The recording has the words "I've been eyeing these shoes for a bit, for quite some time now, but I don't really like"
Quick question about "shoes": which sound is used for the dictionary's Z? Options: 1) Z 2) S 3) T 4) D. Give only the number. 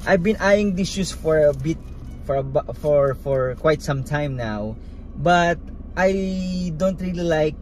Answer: 2